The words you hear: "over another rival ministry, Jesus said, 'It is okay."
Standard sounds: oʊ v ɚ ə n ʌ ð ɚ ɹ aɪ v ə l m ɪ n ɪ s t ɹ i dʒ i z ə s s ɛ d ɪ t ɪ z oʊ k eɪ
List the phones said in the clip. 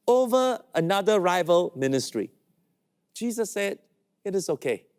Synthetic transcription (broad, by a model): oʊ v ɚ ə n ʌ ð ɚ ɹ aɪ v ə l m ɪ n ɪ s t ɹ i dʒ i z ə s s ɛ d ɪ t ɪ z oʊ k eɪ